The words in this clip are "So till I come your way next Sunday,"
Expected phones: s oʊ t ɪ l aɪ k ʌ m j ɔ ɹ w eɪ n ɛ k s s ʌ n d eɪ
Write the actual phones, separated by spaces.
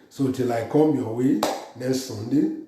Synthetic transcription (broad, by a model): s oʊ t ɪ l aɪ k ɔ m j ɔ w eɪ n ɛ s s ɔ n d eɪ